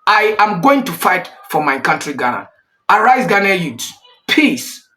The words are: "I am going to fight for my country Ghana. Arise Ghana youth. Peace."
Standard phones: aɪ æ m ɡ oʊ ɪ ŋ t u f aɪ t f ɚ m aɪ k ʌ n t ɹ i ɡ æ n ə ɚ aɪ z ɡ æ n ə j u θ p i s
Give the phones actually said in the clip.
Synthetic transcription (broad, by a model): aɪ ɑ m ɡ oʊ ɪ ŋ t u f aɪ t f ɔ m aɪ k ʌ n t ɹ i ɡ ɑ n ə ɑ aɪ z ɡ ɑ n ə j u s p i s